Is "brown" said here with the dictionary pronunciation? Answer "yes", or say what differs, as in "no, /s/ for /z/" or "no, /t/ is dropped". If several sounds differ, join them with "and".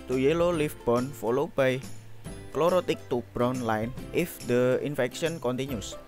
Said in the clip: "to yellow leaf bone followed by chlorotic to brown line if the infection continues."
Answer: yes